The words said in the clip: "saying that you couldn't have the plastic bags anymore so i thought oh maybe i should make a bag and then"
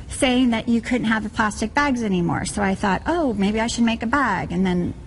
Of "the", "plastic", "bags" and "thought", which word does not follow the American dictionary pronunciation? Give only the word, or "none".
none